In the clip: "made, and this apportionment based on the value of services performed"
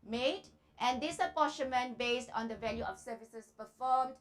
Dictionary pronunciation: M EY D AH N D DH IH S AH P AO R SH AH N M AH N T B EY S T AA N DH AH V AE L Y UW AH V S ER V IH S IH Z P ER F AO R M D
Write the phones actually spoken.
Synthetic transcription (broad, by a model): M EY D AH N D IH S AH P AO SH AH M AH N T B EY S T AA N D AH V AE L Y UW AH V S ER V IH S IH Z P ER F AO R M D